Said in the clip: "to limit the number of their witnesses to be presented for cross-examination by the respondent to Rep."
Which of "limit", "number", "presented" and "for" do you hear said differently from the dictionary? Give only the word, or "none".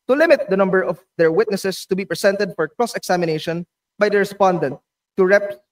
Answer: presented